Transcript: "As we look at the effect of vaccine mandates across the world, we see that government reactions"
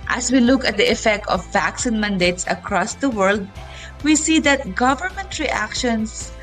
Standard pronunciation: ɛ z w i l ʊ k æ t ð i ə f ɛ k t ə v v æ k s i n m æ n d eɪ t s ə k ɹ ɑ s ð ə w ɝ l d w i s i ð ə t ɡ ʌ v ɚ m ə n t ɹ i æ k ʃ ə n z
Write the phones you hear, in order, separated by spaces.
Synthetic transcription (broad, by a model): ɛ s w i l ʊ k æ t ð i ə f ɛ k t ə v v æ k s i n m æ n d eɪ t s ə k ɹ ɑ s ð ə w ɝ l d w i s i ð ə t ɡ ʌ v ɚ m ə n t ɹ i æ k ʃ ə n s